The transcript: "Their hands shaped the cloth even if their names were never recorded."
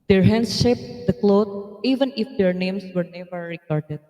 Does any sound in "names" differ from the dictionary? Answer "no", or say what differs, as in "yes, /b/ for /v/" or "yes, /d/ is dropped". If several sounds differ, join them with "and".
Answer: yes, /s/ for /z/